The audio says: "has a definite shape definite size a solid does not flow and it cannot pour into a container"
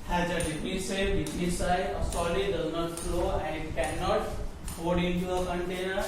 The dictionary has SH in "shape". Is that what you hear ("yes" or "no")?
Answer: no